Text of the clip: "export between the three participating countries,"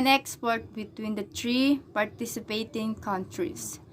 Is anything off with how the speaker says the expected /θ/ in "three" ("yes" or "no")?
yes